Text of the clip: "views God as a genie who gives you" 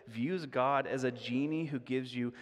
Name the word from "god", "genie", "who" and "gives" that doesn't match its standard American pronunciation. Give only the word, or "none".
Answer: none